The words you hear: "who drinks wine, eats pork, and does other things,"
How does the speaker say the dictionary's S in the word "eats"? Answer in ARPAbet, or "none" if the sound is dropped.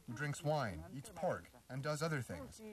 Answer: S